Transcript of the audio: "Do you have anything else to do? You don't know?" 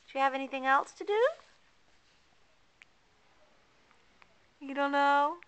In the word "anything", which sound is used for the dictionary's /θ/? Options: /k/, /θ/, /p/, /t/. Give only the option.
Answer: /θ/